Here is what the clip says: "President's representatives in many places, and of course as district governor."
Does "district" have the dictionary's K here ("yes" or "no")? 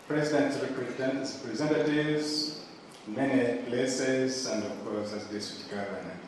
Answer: no